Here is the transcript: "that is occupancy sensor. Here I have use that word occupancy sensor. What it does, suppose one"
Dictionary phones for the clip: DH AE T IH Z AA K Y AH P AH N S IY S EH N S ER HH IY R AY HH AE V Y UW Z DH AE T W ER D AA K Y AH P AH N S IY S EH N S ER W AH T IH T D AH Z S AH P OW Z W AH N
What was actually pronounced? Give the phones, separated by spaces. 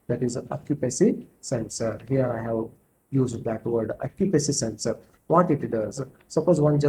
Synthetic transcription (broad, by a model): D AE T IH Z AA K Y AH P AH S IY S EH N S ER HH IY R AY HH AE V Y UW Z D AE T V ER D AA K Y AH P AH S IY S EH N S ER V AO T IH T D AH Z S AH P OW Z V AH N